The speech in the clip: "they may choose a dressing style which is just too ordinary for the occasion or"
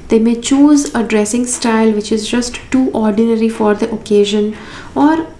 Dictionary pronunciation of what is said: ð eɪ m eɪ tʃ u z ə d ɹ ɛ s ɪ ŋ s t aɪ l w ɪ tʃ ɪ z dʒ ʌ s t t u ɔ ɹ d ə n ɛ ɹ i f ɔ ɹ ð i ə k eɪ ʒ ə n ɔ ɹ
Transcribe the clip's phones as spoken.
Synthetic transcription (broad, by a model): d eɪ m eɪ tʃ u z ə d ɹ ɛ s ɪ ŋ s t aɪ l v ɪ tʃ ɪ z dʒ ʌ s t t ɔ ɹ d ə n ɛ ɹ i f ɔ ɹ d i ə k eɪ ʒ ə n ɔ ɹ